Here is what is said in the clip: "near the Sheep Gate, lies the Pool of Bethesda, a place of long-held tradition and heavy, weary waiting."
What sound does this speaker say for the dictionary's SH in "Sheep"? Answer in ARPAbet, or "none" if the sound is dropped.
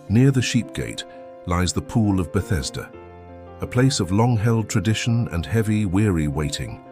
SH